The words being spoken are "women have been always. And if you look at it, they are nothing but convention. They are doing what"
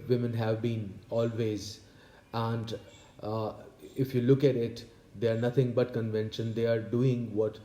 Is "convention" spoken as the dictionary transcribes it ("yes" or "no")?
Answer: yes